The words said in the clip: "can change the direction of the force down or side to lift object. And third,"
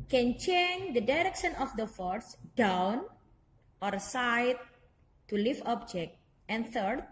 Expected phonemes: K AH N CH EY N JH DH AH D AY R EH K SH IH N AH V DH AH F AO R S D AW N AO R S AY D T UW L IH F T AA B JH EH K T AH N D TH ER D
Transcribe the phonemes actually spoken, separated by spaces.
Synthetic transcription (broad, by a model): K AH N CH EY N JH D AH D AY R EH K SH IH N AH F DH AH F AO R S D AW N AO R S AY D T UW L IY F AA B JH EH K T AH N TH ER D